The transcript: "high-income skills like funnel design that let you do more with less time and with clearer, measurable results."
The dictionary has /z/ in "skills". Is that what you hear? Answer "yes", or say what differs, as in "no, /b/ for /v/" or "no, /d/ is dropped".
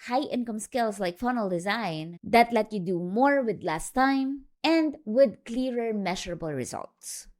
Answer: no, /s/ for /z/